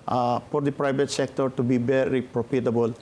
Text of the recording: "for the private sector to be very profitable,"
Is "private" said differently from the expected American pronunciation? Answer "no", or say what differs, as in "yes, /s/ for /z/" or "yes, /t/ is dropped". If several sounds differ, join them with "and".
yes, /b/ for /v/